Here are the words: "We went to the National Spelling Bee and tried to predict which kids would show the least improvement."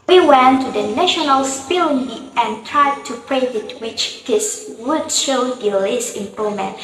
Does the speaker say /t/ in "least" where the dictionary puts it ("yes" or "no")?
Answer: no